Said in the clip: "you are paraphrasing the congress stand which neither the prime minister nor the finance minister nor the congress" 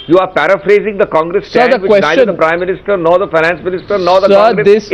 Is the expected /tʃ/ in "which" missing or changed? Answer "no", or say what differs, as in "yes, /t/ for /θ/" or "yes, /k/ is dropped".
yes, /s/ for /tʃ/